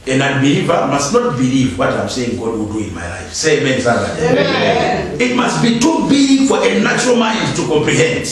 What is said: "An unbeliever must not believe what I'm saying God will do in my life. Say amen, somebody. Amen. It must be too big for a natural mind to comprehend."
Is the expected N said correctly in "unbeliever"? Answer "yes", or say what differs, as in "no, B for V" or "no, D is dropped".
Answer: no, N is dropped